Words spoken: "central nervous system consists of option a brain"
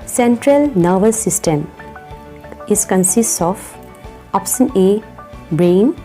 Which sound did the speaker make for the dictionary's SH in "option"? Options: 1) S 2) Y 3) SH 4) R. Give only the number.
1